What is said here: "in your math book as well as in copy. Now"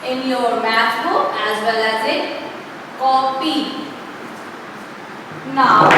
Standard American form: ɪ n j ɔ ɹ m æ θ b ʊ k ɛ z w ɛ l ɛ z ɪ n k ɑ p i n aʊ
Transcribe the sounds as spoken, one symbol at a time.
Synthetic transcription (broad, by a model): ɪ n j ɔ ɹ m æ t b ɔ ɛ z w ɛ l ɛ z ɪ k ɑ p i n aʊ